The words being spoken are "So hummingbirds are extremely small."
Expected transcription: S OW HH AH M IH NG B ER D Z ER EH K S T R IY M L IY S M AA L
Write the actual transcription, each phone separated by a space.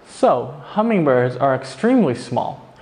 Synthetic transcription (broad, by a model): S OW HH AH M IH NG B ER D Z ER EH K S T R IY M L IY S M AA L